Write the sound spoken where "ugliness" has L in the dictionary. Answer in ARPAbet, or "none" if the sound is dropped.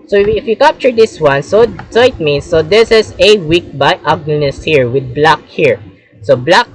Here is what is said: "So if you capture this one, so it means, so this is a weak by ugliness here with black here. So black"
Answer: N